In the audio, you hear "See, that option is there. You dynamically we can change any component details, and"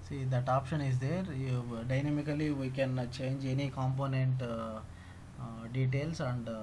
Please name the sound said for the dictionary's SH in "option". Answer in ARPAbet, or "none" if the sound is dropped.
SH